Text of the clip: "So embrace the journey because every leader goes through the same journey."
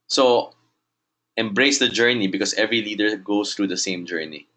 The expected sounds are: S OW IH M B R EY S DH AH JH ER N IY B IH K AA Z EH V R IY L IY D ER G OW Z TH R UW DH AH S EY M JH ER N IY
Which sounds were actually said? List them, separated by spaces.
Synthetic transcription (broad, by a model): S OW IH M B R EY S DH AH JH ER N IY B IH K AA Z EH V R IY L IY D ER G OW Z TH R UW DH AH S EY M JH ER N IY